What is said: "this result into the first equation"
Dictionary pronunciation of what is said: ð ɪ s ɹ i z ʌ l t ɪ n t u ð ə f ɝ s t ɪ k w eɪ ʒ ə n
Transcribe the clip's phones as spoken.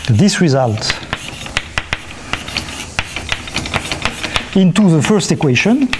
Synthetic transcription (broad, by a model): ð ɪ s ɹ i z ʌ l t ɪ n t u ð ə f ɝ s t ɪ k w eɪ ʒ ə n